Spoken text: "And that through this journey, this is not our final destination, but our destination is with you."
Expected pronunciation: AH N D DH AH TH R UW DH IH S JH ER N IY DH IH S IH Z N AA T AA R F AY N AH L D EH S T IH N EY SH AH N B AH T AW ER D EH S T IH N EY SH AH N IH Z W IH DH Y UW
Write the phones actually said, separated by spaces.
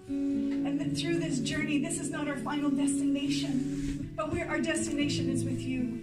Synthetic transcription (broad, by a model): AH N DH TH R UW DH IH S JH ER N IY DH IH S IH Z N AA T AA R F AY N L D EH S T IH N EY SH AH N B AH T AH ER D EH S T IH N EY SH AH N IH Z W IH DH Y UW